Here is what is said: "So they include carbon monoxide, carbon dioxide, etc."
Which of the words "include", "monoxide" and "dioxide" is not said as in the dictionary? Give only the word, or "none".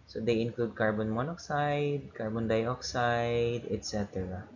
none